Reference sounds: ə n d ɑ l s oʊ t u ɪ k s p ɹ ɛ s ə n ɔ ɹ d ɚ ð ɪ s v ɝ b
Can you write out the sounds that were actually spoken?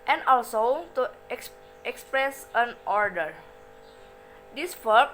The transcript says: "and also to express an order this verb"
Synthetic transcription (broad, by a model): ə n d ɑ l s oʊ t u ɪ k s p ɹ ɛ s ə n ɔ ɹ d ɚ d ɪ s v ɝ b